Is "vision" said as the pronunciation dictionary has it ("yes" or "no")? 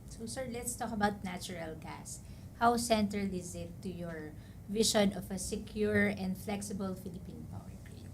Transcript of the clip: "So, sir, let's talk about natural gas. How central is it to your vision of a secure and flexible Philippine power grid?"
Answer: no